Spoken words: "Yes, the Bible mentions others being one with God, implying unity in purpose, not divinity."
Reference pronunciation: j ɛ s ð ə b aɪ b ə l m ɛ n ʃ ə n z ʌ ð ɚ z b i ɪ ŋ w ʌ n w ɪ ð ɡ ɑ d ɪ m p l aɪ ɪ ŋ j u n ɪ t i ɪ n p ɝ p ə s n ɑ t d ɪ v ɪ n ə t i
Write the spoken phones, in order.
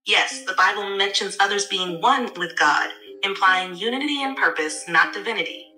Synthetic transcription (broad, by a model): j ɛ s ð ə b aɪ b l m ɛ n ʃ ə n z ʌ ð ɚ z b i ɪ ŋ w ʌ n w ɪ ð ɡ ɑ d ɪ m p l aɪ ɪ ŋ j u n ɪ t i ɪ n p ɝ p ə s n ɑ t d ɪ v ɪ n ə t i